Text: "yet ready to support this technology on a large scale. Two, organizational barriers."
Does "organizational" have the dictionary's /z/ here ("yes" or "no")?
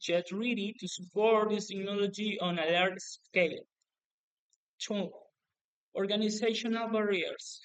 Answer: no